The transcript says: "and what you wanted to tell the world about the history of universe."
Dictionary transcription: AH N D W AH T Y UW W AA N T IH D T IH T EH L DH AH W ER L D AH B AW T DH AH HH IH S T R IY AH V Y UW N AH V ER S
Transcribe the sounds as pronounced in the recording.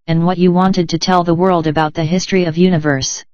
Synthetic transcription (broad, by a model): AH N W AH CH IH W AA N T IH D T IH T EH L DH AH W ER L D AH B AW T DH AH HH IH S T R IY AH V Y UW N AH V ER S